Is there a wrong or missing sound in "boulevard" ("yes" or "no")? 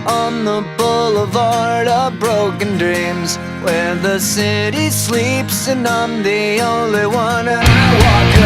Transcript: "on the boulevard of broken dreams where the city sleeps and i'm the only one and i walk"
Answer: no